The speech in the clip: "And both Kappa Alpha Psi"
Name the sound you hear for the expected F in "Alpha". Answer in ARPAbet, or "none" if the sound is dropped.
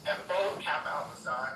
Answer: none